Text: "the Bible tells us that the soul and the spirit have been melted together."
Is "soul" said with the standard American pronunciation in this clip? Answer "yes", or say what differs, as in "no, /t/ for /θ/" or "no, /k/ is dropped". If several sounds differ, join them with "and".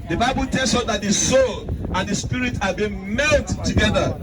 yes